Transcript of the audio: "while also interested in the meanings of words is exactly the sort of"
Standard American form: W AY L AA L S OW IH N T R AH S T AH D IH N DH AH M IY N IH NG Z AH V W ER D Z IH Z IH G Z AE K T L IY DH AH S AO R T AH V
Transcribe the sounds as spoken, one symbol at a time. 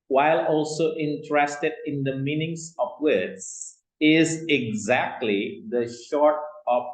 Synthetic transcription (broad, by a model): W AY L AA L S OW IH N T R AH S T AH D IH N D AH M IY N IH NG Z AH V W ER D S IH Z IH G Z AE K T L IY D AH SH AO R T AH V